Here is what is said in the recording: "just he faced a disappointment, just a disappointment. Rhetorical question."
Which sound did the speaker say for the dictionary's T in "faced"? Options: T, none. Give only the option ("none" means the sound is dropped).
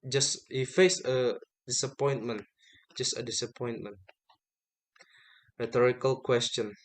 none